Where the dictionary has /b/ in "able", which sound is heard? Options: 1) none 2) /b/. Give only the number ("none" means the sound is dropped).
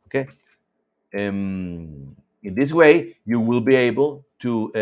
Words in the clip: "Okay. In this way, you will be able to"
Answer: 2